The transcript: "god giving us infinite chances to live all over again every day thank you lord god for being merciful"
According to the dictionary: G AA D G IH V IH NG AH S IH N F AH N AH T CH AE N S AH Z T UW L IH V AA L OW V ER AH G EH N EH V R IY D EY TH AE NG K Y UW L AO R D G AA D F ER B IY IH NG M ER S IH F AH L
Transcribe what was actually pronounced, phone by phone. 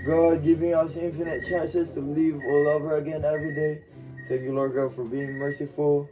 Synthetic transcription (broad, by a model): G AA D G IH V IH NG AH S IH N F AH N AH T CH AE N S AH S T UW L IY V AA L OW V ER AH G EH N EH V R IY D EY T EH K Y UW L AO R G AA D F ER B IY IH NG M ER S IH F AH L